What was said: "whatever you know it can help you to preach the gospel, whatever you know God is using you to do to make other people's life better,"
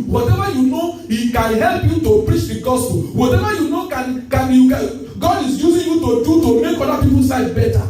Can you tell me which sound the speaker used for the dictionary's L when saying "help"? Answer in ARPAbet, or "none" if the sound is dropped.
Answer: L